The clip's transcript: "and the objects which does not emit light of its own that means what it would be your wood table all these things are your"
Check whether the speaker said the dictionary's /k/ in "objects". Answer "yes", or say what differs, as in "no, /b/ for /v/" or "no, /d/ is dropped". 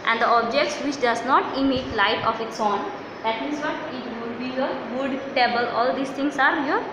yes